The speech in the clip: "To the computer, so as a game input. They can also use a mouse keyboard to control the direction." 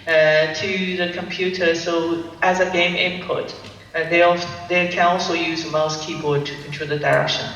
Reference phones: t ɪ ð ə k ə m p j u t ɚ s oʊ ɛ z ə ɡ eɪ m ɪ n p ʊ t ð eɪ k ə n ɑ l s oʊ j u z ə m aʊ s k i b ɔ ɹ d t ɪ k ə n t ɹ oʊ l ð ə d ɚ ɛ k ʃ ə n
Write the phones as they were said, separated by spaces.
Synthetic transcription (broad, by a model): t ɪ ð ə k ə m p j u t ɚ s oʊ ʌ z ə ɡ eɪ m ɪ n p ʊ t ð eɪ k ə n ɑ l s oʊ j u z ə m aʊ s k i b ɔ ɹ d t ɪ k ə n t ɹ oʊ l ð ə d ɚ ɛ k ʃ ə n